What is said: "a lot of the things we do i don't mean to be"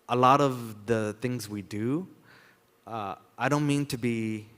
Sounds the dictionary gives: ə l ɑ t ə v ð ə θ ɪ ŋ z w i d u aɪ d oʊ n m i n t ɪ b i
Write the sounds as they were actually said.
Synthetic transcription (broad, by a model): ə l ɑ t ə v ð ə θ ɪ ŋ z w i d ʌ aɪ d oʊ n m i n t ɪ b i